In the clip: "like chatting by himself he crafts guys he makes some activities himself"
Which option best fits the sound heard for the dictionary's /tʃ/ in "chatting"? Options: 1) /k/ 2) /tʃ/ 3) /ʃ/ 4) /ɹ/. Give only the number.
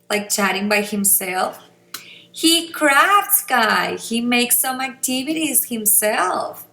2